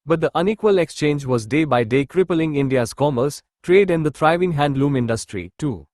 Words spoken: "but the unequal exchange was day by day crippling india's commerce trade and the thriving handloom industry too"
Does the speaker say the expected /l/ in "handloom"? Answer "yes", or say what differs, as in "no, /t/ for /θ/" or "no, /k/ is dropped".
yes